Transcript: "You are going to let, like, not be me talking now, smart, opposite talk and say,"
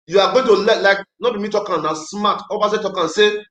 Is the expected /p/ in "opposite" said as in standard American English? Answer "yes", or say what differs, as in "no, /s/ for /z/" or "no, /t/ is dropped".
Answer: no, /b/ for /p/